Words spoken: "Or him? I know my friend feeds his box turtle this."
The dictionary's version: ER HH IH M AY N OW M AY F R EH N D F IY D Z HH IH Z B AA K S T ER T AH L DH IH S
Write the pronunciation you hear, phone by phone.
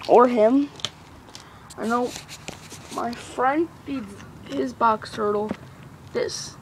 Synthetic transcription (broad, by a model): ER HH IH M AY N OW M AY F R EH N D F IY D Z HH IH Z B AA K S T ER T L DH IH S